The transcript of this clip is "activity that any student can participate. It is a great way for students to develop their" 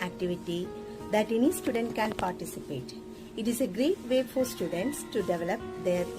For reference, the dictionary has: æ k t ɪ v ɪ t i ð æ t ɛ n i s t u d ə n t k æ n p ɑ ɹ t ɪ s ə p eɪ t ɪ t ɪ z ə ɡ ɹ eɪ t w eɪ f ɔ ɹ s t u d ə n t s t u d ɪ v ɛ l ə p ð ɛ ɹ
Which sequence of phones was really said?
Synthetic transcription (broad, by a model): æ k t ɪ v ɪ t i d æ t ɛ n i s t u d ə n t k æ n p ɑ ɹ t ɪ s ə p eɪ t ɪ t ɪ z ə ɡ ɹ eɪ t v eɪ f ɔ ɹ s t u d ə n t s t u d ɪ v ɛ l ə p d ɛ ɹ